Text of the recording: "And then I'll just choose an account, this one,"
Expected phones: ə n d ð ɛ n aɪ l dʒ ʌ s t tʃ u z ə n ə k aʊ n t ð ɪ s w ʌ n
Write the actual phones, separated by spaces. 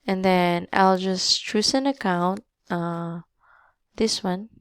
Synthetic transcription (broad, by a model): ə n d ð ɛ n aɪ l dʒ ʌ s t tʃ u s ə n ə k aʊ n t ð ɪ s w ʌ n